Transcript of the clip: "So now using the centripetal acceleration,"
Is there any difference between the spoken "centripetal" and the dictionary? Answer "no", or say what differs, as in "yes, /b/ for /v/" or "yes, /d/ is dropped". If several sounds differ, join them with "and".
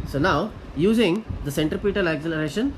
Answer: no